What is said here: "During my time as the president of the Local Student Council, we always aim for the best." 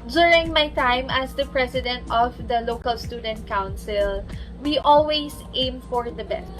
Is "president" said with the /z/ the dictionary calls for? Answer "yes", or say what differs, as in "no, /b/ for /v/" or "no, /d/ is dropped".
no, /s/ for /z/